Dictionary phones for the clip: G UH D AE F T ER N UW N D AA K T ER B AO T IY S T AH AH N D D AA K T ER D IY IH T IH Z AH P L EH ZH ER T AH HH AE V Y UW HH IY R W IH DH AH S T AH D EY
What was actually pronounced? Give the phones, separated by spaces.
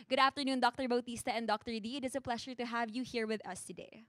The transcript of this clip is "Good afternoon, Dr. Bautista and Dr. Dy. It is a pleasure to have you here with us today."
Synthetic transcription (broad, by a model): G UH D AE F T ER N UW N D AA K T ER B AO T IY S T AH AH N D D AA K T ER D IY IH T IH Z AH P L EH SH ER T AH HH AE V Y UW HH IY R W IH DH AH S T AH D EY